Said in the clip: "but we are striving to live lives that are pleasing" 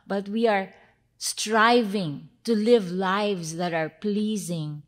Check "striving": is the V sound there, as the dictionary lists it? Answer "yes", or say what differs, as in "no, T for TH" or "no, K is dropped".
yes